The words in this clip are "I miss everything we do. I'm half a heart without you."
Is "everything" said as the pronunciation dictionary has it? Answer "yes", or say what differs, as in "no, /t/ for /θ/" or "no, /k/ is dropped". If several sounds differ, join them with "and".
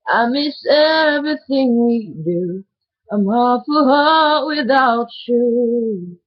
yes